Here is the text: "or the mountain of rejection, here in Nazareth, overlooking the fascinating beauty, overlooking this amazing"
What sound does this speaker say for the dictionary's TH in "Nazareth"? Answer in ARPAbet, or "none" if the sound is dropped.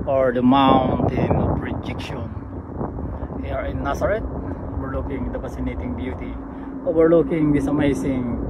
T